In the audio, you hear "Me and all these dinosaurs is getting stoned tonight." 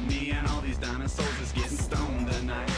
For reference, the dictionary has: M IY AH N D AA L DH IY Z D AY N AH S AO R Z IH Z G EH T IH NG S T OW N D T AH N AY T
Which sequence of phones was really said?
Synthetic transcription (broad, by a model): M IY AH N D AA L DH IY Z D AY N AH S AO L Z IH Z G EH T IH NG S T OW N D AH N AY